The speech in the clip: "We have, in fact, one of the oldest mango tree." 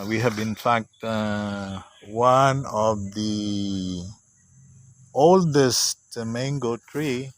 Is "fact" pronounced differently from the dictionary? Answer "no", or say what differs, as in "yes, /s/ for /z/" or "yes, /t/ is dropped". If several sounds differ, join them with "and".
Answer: no